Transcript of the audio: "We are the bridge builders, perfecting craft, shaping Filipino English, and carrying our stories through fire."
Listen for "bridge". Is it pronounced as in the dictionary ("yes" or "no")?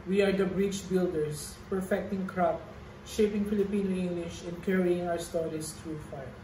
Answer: no